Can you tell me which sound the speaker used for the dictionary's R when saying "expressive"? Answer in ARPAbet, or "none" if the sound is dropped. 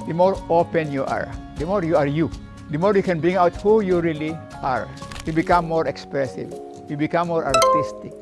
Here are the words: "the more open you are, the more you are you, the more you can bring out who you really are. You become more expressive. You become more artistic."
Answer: R